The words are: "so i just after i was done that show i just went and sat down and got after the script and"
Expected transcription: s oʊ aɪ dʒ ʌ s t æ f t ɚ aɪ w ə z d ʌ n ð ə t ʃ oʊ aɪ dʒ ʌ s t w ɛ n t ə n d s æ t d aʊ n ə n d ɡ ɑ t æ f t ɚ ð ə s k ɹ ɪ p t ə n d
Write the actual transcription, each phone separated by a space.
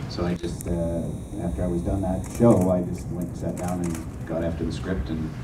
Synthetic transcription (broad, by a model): s oʊ aɪ dʒ ʌ s t æ f t ɚ aɪ w ə z d ʌ n ð ə t ʃ oʊ aɪ dʒ ʌ s t w ɛ n t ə s æ t d aʊ n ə n ɡ ɑ t æ f t ɚ ð ə s k ɹ ɪ p t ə n